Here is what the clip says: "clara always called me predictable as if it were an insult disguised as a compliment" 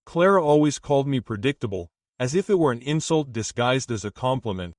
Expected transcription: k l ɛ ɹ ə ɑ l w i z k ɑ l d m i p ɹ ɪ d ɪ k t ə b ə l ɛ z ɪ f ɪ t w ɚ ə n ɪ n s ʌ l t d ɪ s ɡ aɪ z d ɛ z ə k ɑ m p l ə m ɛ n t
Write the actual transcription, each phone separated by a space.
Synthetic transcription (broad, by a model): k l ɛ ɹ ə ɑ l w i z k ɑ l d m i p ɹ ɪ d ɪ k t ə b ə l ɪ z ɪ f ɪ t w ɚ ə n ɪ n s ʌ l t d ɪ s ɡ aɪ z d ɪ z ə k ɑ m p l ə m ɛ n t